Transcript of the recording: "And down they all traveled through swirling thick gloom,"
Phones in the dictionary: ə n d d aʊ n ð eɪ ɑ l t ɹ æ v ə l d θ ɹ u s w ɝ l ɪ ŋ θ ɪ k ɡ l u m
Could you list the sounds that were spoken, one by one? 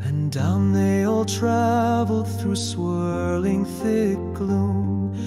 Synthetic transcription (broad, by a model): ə n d d aʊ n ð eɪ ɑ l t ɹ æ v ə l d θ ɹ u s w ɝ l ɪ ŋ θ ɪ k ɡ l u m